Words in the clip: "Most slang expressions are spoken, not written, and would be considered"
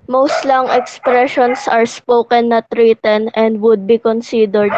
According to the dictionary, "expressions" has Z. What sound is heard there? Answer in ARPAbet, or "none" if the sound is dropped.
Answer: S